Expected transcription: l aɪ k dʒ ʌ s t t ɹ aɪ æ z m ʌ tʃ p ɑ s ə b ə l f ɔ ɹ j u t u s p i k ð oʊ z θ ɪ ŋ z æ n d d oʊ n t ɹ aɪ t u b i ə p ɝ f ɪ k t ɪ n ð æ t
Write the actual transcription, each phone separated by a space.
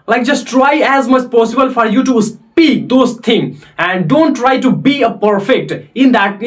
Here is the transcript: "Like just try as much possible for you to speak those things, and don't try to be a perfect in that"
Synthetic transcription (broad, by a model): l aɪ k dʒ ʌ s t t ɹ aɪ æ z m ʌ tʃ p ɑ s ə b ə l f ɔ ɹ j u t u s p i k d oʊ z t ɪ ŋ æ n d d oʊ n t ɹ aɪ t u b i ə p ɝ f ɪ k t ɪ n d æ t